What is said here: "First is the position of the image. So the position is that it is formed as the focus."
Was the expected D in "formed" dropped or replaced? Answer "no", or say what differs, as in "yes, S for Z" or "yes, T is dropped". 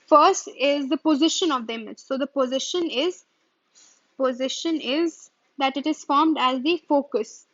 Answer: no